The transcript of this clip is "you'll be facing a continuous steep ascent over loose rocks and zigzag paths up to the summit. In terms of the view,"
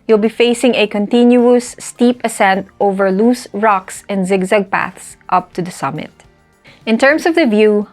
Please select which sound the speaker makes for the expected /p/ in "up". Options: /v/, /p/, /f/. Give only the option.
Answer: /p/